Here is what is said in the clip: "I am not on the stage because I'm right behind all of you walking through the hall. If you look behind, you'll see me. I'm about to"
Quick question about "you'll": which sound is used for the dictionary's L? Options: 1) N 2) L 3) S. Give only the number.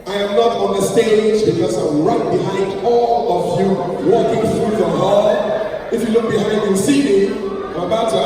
1